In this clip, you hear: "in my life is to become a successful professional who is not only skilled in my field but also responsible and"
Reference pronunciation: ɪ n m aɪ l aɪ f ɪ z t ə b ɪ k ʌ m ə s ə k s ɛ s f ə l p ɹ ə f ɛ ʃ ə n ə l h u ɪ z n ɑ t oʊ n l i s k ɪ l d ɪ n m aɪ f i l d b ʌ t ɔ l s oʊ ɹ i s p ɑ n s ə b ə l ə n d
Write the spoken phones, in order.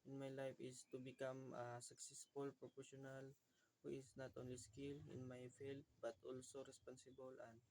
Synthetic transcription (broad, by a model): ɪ n m aɪ l aɪ f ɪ s t ə b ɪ k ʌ m ə s ə k s ɛ s f ə l p ɹ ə p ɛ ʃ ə n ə l h u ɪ s n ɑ t oʊ n l i s k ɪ l ɪ n m aɪ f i l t b ʌ t ɔ l s oʊ ɹ i s p ɑ n s ə b ə l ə n